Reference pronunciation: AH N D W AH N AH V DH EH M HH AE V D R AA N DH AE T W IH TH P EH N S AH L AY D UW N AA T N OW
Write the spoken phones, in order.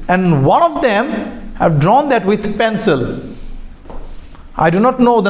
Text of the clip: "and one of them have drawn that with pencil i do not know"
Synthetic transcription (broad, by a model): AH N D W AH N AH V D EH M HH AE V D R AA N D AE T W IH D P EH N S AH L AY D UW N AA T N OW